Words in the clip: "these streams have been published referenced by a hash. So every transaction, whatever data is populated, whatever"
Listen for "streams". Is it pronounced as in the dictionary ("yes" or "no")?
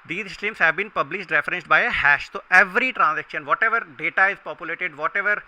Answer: no